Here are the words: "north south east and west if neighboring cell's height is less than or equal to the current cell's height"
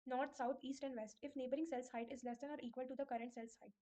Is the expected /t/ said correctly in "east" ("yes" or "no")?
yes